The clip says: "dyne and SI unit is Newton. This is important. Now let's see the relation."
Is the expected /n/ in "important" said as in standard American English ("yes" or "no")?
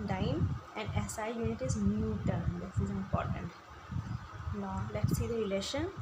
yes